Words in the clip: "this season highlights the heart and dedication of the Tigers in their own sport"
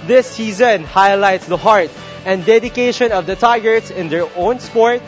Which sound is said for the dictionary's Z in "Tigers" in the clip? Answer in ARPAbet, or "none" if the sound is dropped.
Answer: S